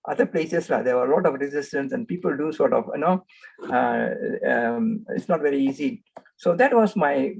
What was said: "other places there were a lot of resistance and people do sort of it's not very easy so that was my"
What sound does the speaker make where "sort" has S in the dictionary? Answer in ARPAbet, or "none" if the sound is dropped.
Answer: S